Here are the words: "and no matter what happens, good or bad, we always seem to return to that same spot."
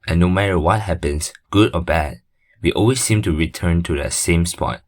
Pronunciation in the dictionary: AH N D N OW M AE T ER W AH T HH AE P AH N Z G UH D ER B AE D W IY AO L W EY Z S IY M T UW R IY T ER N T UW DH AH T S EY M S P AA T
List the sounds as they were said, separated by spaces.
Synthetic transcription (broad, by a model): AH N N OW M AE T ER W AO T HH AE P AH N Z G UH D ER B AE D W IY AO L W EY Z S IY M T UW R IY T ER N T UW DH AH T S EY M S P AA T